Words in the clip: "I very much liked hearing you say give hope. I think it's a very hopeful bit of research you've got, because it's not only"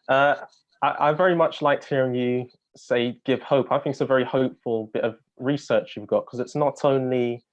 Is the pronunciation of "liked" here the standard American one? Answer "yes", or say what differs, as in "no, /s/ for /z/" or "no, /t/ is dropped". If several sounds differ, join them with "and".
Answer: yes